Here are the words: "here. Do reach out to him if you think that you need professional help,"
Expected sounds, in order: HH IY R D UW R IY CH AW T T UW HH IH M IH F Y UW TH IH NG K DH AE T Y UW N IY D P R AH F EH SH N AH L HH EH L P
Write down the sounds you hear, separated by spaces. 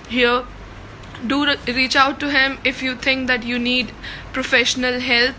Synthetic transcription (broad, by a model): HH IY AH D UW R IY CH AW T T UW HH IH M IH F Y UW T IH NG K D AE T Y UW N IY D P R AH F EH SH N AH L HH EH L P